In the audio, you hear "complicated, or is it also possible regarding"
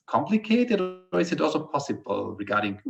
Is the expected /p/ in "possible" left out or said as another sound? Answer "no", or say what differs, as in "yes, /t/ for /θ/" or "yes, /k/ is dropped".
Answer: no